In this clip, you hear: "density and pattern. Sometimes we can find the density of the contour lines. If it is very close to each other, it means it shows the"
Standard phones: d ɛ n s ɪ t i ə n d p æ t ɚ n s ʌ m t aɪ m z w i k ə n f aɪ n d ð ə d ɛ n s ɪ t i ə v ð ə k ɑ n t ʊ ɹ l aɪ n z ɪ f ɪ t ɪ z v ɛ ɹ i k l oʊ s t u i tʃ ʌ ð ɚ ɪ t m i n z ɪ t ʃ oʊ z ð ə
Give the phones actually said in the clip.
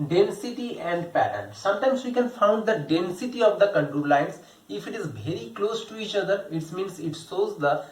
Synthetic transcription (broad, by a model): d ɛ n s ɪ t i ə n d p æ t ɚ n s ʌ m t aɪ m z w i k ə n f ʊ n d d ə d ɛ n s ɪ t i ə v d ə k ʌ n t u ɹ l aɪ n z ɪ f ɪ t ɪ z v ɛ ɹ i k l oʊ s t u i tʃ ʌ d ɚ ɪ t m i n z ɪ t s oʊ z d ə